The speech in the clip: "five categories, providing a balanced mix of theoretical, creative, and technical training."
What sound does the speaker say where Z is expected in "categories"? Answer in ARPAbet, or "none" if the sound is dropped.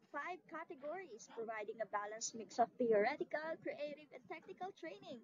S